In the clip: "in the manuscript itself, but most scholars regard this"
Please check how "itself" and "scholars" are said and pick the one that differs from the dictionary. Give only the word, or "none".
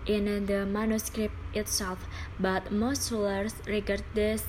scholars